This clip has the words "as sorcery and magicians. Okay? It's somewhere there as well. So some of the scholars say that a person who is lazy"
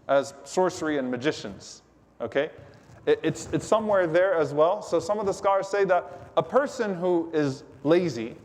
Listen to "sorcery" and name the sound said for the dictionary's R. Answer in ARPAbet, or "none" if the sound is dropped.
R